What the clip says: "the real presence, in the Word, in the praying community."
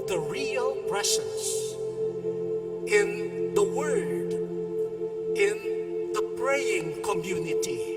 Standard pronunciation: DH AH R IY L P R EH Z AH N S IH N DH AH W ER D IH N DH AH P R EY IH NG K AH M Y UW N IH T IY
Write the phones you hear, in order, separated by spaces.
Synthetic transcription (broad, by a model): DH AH R IY L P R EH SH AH S IH N DH AH W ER D IH N DH AH P R EY IH NG K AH M Y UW N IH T IY